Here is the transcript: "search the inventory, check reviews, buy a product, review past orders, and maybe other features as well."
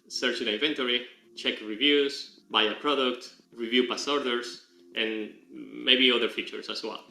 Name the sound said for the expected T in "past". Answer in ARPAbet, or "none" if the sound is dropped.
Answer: none